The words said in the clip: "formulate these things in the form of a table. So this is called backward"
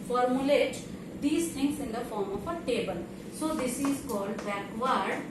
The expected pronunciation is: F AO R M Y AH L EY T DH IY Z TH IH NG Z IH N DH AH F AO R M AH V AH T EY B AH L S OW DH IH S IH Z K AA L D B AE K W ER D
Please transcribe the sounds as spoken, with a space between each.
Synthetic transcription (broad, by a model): F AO R M Y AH L EY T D IY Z T IH NG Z IH N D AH F AO R M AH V AH T EY B AH L S OW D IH S IH Z K AA L D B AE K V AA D